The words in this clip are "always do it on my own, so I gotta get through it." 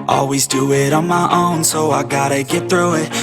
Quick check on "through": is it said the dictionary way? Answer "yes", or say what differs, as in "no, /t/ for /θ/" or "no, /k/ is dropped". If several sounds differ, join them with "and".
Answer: yes